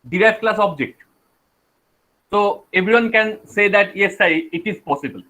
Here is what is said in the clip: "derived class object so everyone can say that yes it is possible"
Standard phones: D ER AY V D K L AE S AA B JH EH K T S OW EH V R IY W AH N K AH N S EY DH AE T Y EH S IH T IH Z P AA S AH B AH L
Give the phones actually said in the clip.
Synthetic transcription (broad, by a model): D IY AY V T K L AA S AA B JH EH K T S OW EH B R IY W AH N K AH N S EY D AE T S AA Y IH T IH Z P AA S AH B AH L